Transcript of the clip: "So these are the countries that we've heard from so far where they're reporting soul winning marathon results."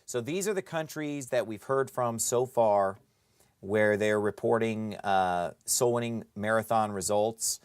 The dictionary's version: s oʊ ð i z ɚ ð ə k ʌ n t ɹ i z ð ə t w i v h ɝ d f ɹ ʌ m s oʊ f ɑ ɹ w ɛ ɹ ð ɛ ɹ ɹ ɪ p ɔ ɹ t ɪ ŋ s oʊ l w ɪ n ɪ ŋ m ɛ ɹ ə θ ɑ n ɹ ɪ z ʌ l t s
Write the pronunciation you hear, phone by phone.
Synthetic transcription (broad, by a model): s oʊ ð i z ɚ ð ə k ʌ n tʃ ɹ i z ð ə t w i v h ɝ d f ɹ ʌ m s oʊ f ɑ ɹ w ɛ ɹ ð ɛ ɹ ɹ ɪ p ɔ ɹ t ɪ ŋ s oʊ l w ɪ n ɪ ŋ m ɛ ɹ ə θ ɑ n ɹ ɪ z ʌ l t s